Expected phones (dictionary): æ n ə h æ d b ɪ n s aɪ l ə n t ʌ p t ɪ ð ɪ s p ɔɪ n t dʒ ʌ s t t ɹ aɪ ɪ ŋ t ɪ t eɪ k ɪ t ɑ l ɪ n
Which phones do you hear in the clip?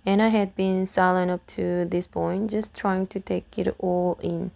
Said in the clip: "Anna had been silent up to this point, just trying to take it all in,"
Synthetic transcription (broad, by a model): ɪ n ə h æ d b ɪ n s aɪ l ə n ʌ p t ɪ ð ɪ s p ɔɪ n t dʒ ʌ s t t ɹ aɪ ɪ ŋ t ɪ t eɪ k ɪ t ɑ l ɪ n